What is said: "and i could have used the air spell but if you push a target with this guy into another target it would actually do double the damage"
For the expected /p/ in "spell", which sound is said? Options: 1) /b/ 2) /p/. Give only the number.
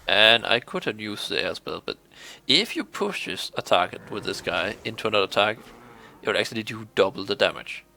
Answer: 1